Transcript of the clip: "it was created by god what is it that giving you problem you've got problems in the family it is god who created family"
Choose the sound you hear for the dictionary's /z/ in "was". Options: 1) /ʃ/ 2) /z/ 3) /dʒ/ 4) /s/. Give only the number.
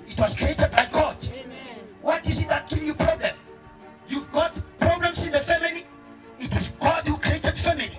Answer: 4